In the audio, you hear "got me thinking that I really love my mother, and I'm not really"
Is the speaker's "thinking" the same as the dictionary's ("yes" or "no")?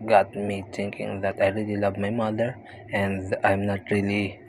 no